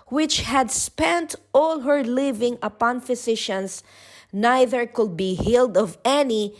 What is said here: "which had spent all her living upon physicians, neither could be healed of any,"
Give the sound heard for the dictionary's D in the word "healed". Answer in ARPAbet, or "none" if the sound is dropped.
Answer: D